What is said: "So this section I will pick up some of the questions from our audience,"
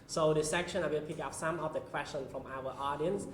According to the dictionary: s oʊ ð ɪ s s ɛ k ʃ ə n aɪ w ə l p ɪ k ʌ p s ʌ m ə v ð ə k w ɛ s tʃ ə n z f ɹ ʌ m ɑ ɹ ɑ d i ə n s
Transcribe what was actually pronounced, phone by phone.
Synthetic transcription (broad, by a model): s oʊ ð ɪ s s ɛ k ʃ ə n aɪ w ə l p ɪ k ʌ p s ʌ m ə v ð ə k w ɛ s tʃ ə n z f ɹ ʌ m ɑ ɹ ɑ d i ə n s